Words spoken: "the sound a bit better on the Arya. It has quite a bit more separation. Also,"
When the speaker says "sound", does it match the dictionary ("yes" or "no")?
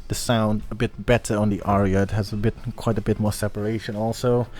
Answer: yes